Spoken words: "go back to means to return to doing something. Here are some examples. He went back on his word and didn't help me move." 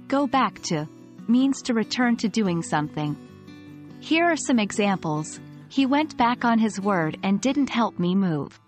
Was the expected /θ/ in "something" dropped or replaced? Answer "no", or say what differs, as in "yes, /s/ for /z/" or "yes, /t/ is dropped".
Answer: no